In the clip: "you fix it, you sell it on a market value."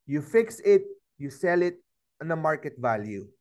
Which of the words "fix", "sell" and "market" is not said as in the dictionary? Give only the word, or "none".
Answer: none